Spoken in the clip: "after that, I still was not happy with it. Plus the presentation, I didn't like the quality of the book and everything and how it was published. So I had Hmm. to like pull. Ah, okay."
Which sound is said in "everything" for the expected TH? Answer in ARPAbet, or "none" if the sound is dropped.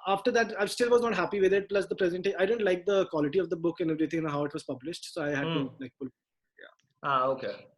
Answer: T